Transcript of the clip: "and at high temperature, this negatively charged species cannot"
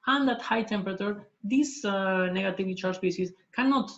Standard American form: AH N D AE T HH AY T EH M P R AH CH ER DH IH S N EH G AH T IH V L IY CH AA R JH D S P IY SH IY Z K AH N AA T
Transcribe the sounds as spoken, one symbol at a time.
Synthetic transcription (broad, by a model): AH N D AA T HH AY T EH M P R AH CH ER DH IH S N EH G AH T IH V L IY CH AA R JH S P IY S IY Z K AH N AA T